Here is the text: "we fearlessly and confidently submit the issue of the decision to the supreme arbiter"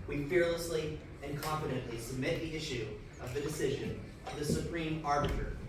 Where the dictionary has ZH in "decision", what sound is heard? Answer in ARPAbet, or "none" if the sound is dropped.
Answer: ZH